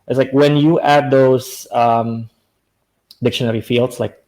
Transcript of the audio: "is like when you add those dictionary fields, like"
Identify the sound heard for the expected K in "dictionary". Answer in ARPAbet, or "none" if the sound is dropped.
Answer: K